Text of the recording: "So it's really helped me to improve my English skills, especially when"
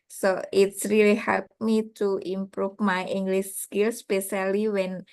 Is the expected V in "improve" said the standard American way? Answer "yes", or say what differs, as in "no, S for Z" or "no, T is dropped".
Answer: no, F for V